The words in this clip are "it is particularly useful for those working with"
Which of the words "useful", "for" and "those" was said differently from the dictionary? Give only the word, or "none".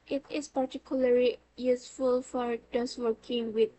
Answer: those